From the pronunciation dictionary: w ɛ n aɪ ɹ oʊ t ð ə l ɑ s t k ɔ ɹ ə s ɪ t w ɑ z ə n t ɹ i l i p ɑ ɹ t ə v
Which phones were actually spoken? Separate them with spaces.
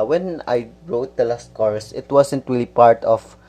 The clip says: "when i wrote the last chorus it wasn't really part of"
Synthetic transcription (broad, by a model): w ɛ n aɪ ɹ oʊ t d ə l ɑ s t k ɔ ɹ s ɪ t w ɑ s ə n t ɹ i l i p ɑ ɹ t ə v